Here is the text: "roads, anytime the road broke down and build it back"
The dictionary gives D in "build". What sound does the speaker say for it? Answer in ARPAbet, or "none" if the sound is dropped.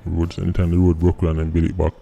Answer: none